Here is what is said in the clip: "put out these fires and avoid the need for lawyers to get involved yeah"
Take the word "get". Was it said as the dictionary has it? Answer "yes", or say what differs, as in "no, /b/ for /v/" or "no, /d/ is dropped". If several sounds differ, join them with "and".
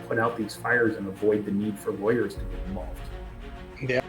no, /t/ is dropped